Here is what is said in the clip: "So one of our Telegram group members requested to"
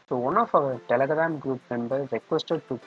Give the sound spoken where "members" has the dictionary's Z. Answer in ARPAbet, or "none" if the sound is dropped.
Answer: none